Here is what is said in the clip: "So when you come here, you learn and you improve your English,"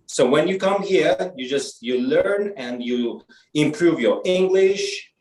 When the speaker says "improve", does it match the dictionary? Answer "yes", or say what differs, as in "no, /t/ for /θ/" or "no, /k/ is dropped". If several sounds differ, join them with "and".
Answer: yes